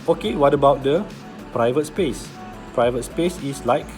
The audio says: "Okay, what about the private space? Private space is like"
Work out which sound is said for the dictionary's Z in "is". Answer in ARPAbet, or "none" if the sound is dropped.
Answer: S